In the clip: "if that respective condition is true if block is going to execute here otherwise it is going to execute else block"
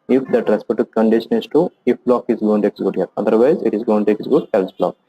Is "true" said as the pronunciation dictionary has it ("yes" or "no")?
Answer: no